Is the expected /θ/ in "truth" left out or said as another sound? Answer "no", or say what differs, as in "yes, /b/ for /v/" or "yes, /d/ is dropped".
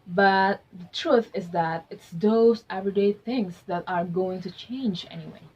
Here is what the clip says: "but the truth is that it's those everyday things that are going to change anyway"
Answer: no